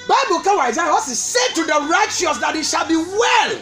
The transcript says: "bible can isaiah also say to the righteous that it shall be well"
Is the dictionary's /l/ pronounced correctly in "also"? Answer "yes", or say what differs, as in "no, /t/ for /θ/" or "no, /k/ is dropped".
no, /l/ is dropped